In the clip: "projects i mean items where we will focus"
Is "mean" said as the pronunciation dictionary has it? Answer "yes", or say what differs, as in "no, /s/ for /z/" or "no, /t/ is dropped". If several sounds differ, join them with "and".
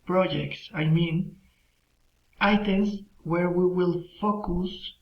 yes